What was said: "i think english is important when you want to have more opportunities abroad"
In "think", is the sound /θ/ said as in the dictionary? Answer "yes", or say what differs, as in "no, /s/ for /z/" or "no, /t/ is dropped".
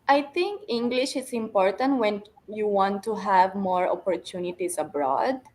no, /t/ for /θ/